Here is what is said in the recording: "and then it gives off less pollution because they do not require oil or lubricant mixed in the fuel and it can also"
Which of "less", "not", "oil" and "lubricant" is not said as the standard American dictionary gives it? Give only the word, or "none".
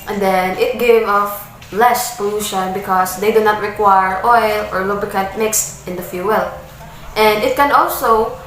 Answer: lubricant